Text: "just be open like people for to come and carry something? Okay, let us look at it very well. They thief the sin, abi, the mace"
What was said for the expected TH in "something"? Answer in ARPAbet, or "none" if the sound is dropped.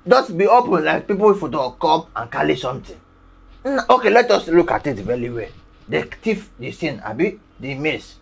T